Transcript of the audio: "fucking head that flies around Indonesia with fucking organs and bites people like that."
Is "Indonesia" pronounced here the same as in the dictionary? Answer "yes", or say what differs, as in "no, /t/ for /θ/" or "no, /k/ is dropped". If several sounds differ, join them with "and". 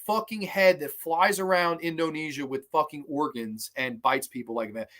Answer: yes